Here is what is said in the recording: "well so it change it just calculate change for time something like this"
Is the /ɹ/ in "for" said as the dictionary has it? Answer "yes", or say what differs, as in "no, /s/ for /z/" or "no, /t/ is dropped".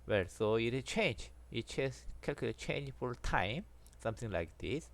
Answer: no, /l/ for /ɹ/